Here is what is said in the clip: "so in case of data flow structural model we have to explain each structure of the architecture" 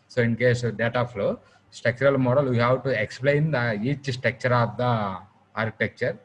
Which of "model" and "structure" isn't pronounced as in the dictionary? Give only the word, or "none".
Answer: structure